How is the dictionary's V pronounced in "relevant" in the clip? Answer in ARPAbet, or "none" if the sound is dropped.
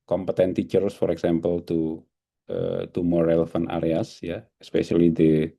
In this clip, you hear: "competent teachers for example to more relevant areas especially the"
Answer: F